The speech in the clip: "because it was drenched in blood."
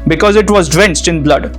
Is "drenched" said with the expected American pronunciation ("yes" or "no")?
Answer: no